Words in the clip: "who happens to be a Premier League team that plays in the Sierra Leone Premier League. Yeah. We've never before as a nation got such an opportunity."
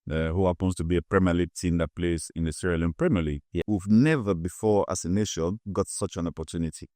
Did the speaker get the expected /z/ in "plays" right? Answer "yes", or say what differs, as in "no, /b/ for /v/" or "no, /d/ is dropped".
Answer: no, /s/ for /z/